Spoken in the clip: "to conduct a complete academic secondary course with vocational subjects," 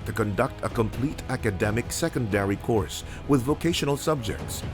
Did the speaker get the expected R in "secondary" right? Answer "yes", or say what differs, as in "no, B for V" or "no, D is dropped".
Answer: yes